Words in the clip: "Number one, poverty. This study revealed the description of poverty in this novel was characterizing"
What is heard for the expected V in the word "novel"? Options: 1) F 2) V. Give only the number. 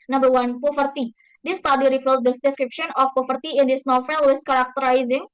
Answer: 1